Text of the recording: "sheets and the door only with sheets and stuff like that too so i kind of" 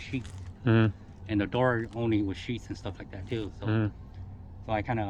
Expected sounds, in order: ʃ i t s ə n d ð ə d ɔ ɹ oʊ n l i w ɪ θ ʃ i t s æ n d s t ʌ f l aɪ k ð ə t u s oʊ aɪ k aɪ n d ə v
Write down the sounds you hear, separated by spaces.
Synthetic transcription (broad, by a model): ʃ i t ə n ð ə d ɔ ɹ oʊ n l i w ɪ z ʃ i t s n s t ʌ f l aɪ k ð ə t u s oʊ aɪ k aɪ n d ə